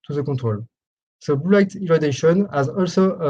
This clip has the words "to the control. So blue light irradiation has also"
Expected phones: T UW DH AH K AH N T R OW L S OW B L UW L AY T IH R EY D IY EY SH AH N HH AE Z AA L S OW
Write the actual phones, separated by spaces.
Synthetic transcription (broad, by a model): T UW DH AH K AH T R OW L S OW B UW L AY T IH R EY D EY SH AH N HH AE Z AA L S OW